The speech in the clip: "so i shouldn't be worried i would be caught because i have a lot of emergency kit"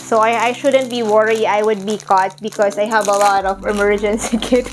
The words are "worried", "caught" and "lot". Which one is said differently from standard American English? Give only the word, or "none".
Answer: worried